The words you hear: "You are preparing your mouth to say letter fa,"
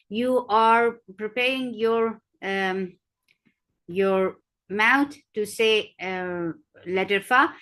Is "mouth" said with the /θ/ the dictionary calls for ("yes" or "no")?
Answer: no